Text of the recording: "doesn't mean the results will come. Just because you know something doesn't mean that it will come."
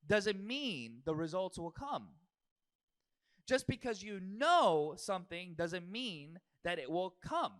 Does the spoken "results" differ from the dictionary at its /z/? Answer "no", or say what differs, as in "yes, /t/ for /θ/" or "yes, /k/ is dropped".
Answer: no